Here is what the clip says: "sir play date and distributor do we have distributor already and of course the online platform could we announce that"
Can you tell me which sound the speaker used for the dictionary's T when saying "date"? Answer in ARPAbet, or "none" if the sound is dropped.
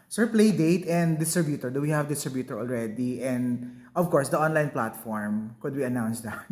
T